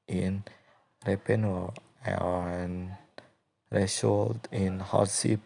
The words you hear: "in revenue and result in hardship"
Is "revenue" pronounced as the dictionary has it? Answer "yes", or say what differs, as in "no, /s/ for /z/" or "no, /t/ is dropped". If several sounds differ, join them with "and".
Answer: no, /p/ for /v/